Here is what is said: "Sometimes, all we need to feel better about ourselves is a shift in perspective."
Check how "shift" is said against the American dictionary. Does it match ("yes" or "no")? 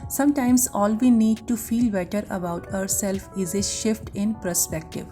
yes